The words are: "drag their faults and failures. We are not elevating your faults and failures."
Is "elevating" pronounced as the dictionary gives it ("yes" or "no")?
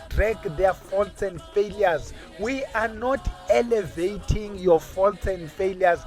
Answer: yes